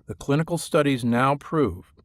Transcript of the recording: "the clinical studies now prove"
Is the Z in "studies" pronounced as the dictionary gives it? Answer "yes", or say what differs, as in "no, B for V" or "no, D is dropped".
yes